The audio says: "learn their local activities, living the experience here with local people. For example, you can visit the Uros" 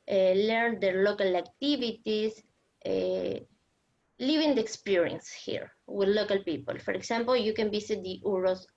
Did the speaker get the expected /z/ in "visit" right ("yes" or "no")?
no